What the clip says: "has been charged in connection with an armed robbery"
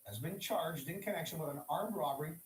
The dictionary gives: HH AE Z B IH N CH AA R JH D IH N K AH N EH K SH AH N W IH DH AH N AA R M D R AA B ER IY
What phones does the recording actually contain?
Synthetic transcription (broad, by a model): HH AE Z B IH N CH AA R JH D IH N K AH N EH K SH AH N W IH DH AH N AA R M R AA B ER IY